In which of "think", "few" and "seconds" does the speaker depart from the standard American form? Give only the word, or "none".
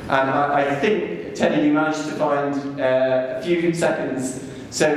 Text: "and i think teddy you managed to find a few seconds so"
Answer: none